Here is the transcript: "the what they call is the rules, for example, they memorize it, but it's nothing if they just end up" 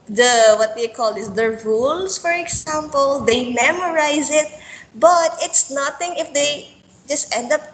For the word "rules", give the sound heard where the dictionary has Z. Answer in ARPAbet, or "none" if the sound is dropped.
S